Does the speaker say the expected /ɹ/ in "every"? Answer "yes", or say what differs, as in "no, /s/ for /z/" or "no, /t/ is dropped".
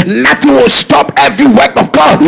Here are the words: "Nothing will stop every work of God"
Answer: yes